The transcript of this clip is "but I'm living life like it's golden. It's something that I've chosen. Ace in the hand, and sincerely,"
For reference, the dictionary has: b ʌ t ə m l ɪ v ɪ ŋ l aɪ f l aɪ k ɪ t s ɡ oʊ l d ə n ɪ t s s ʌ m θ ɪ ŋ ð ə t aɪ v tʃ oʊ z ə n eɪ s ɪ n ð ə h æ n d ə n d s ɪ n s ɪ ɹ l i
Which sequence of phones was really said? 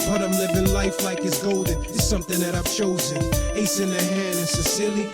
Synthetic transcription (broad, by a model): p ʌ t ə m l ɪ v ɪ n l aɪ f l aɪ k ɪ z ɡ oʊ l d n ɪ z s s ʌ m θ ɪ ŋ ð ə t aɪ v tʃ oʊ z ə n eɪ s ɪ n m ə h æ n d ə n s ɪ s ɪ l i